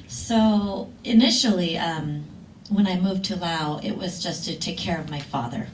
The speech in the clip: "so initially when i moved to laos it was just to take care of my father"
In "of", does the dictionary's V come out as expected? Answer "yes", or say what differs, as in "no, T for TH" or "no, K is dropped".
yes